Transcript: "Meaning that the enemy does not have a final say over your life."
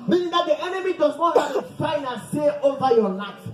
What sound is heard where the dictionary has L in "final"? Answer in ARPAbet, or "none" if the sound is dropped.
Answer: N